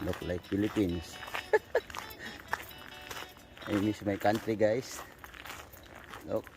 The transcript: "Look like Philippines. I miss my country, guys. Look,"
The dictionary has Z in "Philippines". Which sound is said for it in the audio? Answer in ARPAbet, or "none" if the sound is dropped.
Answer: S